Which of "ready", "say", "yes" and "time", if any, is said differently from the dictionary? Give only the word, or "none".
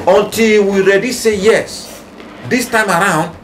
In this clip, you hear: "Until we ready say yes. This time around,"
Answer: none